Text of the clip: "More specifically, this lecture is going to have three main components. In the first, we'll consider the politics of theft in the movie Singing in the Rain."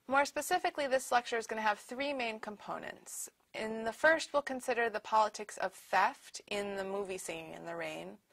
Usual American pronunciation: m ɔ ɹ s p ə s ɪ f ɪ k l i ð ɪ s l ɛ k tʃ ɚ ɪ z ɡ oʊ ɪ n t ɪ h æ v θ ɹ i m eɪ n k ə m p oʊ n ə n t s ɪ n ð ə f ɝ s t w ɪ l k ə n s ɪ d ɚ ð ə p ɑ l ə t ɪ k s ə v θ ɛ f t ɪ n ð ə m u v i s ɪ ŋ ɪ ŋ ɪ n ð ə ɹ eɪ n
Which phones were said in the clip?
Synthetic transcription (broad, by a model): m ɔ ɹ s p ə s ɪ f ɪ k l i ð ɪ s l ɛ k tʃ ɚ ɪ z ɡ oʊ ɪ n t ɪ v θ ɹ i m eɪ n k ə m p oʊ n ə n t s ɪ n ð ə f ɝ s t w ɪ l k ə n s ɪ d ɚ ð ə p ɑ l ə t ɪ k s ə v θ ɛ f t ɪ n ð ə m u v i s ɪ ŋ ɪ n ð ə ɹ eɪ n